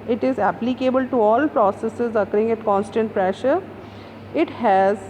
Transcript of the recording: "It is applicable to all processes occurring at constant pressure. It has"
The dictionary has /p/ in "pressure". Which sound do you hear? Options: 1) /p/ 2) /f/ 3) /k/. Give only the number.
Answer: 1